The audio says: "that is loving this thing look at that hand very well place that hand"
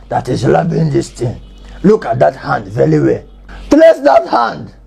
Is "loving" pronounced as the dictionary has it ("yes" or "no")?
no